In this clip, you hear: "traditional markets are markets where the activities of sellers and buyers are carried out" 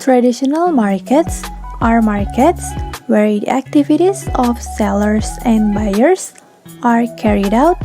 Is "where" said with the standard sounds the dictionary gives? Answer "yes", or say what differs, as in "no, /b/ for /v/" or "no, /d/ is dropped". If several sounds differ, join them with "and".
yes